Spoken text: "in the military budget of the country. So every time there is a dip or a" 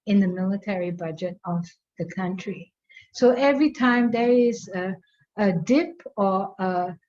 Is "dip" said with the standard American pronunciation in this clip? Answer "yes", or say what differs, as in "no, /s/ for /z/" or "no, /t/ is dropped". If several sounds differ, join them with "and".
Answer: yes